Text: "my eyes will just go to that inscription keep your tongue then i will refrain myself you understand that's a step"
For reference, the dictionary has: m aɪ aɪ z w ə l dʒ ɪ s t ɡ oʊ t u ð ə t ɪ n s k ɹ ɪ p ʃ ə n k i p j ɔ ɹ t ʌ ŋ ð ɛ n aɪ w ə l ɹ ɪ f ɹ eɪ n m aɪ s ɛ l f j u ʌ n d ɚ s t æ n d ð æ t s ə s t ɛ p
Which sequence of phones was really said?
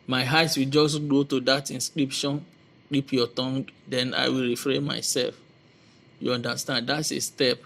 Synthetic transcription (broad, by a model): m aɪ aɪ s w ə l dʒ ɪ s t ɡ oʊ t u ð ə t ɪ n s k ɹ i p ʃ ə n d i p j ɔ t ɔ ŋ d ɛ n aɪ w ə l ɹ ɪ f ɹ eɪ n m aɪ s ɛ l f j u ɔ n d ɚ s t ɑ n d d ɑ t s ə s t ɛ p